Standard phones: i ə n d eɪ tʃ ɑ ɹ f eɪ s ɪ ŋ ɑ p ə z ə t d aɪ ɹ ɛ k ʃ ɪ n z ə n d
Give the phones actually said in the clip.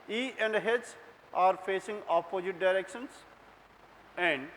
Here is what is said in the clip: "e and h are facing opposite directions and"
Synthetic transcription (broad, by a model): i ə n d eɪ s ɑ ɹ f eɪ s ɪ ŋ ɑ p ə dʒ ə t d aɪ ɹ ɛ k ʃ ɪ n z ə n d